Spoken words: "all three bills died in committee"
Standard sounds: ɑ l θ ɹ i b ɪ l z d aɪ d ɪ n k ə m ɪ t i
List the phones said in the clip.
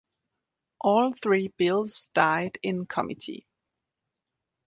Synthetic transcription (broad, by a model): ɑ l θ ɹ i b ɪ l z d aɪ d ɪ n k ə m ɪ t i